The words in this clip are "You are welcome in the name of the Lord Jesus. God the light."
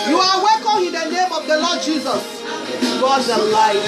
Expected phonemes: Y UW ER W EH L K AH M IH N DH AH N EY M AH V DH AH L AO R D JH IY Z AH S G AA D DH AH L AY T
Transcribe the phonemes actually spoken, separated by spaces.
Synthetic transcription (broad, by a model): Y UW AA W EH L K AH M IH N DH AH N EY M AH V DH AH L AO D JH IY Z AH S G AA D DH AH L AY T